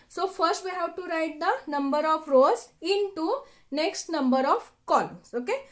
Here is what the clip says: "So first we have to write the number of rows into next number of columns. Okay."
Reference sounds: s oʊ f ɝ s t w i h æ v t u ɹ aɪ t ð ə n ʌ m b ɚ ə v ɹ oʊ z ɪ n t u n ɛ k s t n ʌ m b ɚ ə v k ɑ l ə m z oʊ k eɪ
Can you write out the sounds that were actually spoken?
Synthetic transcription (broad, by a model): s oʊ f ɝ s t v i h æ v t u ɹ aɪ t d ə n ʌ m b ɚ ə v ɹ oʊ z ɪ n t u n ɛ k s t n ʌ m b ɚ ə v k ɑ l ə m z oʊ k eɪ